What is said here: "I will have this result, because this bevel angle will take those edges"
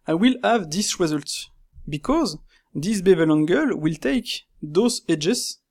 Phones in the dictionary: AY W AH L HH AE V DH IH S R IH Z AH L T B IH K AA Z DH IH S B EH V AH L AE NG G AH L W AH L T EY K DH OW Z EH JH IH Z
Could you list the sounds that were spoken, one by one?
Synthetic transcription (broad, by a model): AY W AH L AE V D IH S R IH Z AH L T B IH K AA Z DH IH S B EH V AH L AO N G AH L W AH L T EY K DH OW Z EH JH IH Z